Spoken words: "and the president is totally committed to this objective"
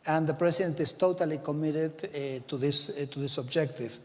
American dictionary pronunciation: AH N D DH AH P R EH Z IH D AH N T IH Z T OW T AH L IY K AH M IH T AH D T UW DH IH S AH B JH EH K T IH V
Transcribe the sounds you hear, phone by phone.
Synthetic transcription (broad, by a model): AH N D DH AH P R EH S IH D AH N T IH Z T OW T AH L IY K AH M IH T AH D T UW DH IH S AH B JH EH K T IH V